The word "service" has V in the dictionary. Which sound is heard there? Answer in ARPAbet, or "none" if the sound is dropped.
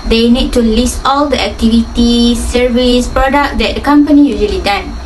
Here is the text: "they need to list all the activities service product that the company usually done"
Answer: V